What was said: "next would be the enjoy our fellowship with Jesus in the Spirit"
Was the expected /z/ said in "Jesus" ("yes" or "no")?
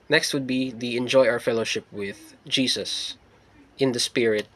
no